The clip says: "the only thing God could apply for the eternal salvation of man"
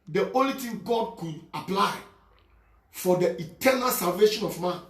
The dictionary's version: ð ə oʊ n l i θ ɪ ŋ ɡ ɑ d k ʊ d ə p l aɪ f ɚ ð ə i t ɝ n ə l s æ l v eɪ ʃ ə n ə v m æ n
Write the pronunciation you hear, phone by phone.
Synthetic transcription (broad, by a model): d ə oʊ n l i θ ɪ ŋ ɡ ɑ d k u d ə p l aɪ f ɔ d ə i t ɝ n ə l s æ l v eɪ ʃ ə n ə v m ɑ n